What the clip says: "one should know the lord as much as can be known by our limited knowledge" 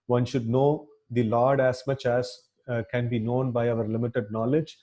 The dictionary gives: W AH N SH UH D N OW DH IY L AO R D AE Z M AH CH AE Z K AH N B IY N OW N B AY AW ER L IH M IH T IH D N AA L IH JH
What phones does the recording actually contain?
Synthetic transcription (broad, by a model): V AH N SH UH D N OW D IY L AO R D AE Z M AH CH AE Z K AH N B IY N OW N B AY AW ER L IH M IH T IH D N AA L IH JH